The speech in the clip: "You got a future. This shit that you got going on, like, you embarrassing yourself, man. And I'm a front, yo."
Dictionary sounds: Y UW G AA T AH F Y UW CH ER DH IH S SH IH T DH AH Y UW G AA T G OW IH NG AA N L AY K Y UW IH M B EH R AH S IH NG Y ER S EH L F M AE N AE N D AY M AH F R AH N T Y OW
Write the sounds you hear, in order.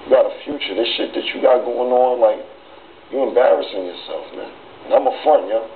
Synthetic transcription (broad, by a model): Y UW G AA T AH F Y UW CH ER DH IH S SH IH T DH AH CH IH G AA T G OW IH NG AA N L AY K Y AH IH M B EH R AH S IH NG Y ER S EH L F M AE N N AY M AH F AH N Y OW